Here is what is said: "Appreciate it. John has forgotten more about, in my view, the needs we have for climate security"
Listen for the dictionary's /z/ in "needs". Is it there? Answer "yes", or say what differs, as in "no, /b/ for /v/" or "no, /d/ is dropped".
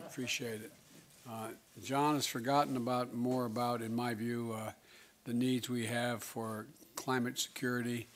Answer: yes